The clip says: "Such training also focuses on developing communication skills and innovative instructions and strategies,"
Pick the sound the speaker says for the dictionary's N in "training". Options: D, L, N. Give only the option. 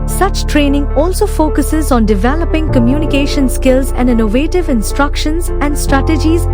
N